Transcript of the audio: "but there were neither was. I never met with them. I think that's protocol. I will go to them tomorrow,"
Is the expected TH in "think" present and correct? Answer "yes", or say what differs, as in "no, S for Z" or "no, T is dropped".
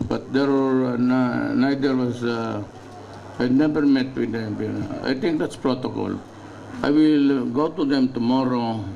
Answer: no, T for TH